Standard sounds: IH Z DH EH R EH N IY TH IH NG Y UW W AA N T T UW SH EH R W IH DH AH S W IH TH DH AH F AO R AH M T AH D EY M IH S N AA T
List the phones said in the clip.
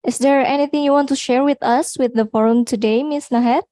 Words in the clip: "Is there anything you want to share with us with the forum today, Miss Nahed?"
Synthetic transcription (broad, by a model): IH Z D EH R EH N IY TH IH NG Y UW W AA N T T UW SH EH R W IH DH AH S W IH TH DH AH F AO R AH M T AH D EY M IH S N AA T